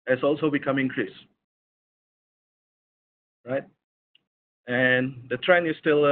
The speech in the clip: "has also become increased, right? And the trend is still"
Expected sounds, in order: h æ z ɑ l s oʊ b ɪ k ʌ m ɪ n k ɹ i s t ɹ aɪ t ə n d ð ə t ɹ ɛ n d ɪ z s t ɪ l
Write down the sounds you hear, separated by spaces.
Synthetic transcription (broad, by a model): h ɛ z ɑ l s oʊ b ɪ k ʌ m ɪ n k ɹ i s ɹ aɪ t ə n d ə t ɹ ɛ n ɪ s t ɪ l